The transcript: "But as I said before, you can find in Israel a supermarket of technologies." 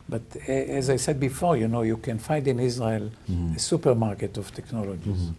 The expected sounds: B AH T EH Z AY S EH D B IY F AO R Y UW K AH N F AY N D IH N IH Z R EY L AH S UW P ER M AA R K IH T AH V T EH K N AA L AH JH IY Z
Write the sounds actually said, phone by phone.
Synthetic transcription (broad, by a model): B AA T EH Z AY S EH D B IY F AO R Y UW K AH N F AY N D IH N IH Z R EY L AH S UW P ER M AA R K IH T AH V T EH K N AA L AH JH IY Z